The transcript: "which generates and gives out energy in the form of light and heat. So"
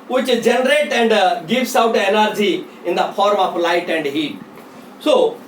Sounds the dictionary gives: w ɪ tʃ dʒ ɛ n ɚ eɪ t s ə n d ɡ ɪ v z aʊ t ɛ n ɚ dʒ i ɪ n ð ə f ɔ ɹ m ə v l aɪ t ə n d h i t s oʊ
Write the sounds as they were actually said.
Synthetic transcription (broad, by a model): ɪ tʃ dʒ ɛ n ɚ eɪ t ə n d ɡ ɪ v s aʊ t ɛ n ɚ dʒ i ɪ n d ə f ɔ ɹ m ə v l aɪ t ə n d h i t s oʊ